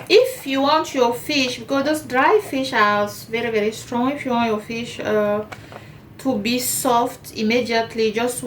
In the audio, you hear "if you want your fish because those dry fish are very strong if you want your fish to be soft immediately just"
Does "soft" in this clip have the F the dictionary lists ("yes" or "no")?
yes